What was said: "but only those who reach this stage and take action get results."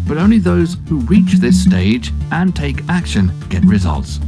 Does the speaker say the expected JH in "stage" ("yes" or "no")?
yes